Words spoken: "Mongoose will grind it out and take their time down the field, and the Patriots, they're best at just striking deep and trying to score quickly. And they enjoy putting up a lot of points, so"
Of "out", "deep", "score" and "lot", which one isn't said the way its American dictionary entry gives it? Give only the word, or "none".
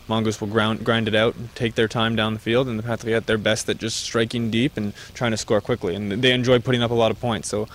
none